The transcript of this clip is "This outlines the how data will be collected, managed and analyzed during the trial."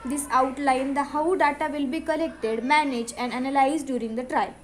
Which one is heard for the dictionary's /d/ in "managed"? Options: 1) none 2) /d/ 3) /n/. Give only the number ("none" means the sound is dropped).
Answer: 1